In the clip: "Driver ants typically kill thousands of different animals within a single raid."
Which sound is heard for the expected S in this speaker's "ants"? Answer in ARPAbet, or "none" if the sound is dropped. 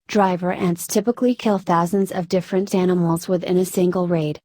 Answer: S